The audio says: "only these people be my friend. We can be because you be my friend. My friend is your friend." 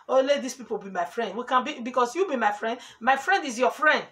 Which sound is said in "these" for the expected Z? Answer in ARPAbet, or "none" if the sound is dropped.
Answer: S